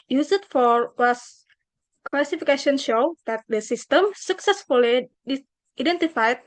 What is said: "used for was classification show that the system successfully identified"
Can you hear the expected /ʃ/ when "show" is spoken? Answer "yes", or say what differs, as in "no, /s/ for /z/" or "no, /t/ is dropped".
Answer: yes